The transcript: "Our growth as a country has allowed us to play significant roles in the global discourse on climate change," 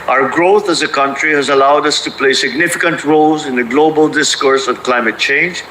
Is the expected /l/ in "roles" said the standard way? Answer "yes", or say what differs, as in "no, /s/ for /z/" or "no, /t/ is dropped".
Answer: yes